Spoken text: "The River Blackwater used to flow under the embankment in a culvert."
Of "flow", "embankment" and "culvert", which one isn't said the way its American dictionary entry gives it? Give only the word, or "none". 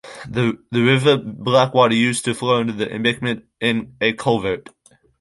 embankment